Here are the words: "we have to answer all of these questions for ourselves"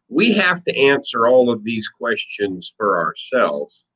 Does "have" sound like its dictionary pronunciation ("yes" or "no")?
no